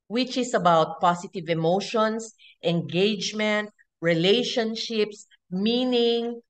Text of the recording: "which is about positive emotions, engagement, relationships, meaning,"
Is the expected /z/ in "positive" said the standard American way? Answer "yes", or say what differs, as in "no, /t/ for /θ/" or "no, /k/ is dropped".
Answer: no, /s/ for /z/